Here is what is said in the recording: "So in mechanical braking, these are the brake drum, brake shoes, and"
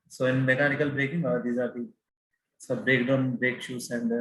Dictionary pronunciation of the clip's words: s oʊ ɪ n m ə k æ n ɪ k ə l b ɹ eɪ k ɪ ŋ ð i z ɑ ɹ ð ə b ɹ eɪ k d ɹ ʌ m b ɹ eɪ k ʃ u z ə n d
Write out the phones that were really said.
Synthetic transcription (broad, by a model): s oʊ ɪ n m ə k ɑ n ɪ k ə l b ɹ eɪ k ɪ ŋ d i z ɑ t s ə b ɹ eɪ k d ʌ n b ɹ eɪ k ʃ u s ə n d